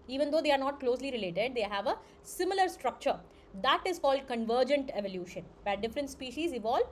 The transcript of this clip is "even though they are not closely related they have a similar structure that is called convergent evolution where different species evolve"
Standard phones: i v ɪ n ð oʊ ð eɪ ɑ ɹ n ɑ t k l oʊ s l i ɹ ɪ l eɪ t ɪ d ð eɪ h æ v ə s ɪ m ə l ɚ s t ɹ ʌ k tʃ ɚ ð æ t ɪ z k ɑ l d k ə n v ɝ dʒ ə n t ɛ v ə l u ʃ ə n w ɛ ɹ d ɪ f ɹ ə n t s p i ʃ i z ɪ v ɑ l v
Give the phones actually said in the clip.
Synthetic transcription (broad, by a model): i v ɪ n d oʊ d eɪ ɑ ɹ n ɑ t k l oʊ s l i ɹ ɪ l eɪ t ɪ d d eɪ h æ v ə s ɪ m ə l ɚ s t ɹ ʌ k tʃ ɚ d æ t ɪ z k ɑ l d k ə n v ɝ dʒ ə n t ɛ v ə l u ʃ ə n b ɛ d ɪ f ɹ ə n t s p i ʃ i z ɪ v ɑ l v